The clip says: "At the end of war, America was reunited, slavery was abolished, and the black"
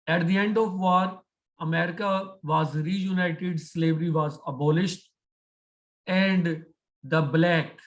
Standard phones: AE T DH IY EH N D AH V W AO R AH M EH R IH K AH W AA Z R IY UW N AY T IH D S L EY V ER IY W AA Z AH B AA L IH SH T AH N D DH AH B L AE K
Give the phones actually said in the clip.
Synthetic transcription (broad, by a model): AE T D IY EH N D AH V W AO R AH M EH R IH K AH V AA Z R IY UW N AY T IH D S L EY V ER IY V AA Z AH B AA L IH SH T AH N D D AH B L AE K